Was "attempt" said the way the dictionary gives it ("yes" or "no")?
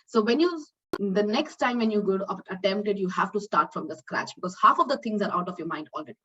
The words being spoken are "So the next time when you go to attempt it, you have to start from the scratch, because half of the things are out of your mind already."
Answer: yes